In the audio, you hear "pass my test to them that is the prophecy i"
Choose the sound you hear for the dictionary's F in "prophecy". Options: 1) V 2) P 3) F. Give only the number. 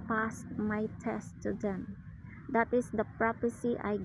2